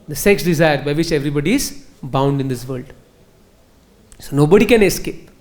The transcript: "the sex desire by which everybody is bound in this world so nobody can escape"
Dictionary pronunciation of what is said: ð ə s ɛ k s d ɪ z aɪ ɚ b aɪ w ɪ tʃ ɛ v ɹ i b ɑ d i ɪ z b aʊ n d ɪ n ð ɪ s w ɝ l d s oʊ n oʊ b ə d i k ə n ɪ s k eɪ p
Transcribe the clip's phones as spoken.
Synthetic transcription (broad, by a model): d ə s ɛ k s d ɪ z aɪ ɚ b aɪ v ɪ tʃ ɛ v ɹ i b ɑ d i ɪ z b aʊ n d ɪ n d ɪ s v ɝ l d s oʊ n oʊ b ə d i k ə n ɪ s k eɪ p